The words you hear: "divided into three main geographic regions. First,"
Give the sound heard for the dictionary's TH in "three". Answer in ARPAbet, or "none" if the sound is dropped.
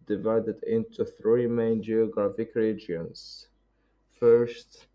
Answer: TH